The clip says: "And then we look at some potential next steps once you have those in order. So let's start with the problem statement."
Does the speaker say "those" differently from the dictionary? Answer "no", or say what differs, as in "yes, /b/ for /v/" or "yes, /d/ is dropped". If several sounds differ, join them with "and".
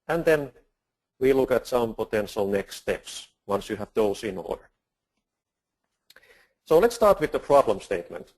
yes, /s/ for /z/